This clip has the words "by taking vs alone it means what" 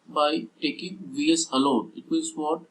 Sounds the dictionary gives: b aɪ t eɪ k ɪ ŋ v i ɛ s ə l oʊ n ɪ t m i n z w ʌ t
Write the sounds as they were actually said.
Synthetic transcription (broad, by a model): b aɪ t eɪ k ɪ ŋ v i ɛ s ə l oʊ n ɪ t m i z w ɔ t